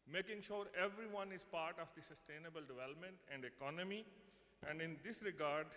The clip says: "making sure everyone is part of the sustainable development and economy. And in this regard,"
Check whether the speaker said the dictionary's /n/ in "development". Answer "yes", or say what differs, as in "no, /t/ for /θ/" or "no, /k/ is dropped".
yes